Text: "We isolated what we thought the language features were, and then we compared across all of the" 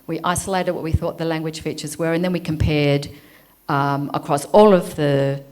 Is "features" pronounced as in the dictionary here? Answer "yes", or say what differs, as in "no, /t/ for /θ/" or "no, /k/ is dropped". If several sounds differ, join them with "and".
yes